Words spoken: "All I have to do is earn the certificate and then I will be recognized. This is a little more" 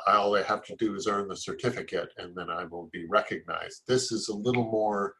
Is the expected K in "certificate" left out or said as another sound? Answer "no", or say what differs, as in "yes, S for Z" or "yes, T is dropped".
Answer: no